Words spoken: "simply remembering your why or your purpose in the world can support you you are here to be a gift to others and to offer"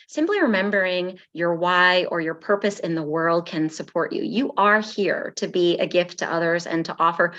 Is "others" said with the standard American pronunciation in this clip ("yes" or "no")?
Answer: yes